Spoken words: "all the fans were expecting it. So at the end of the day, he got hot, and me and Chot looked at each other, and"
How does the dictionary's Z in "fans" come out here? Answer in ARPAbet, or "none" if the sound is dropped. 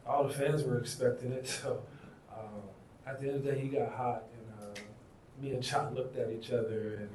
Z